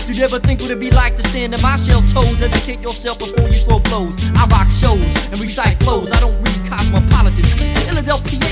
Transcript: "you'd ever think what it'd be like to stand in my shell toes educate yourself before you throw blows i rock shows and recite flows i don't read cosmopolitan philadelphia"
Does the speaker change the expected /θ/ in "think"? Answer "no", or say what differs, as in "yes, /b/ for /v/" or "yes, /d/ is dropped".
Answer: no